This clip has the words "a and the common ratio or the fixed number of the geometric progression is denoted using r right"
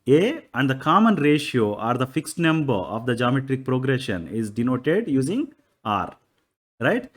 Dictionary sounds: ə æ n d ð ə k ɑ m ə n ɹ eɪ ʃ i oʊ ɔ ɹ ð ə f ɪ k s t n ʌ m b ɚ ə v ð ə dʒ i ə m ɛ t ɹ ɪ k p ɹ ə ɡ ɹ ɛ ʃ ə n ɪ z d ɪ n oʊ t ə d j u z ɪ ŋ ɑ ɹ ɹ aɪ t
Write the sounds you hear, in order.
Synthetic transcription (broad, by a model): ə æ n d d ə k ɑ m ə n ɹ eɪ ʃ i oʊ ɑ ɹ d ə f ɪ k s t n ʌ m b ɚ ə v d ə dʒ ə m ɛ t ɹ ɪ k p ɹ ə ɡ ɹ ɛ ʃ ə n ɪ z d ɪ n oʊ t ə d j u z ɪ ŋ ɑ ɹ ɹ aɪ t